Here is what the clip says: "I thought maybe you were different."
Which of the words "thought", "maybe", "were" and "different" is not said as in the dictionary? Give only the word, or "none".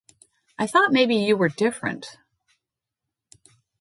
none